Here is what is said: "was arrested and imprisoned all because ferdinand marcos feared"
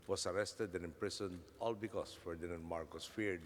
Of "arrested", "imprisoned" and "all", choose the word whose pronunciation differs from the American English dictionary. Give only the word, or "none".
imprisoned